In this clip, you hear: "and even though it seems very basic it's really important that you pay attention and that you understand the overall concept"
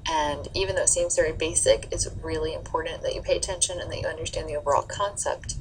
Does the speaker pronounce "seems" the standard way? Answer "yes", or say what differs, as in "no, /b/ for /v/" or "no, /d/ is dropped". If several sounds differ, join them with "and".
yes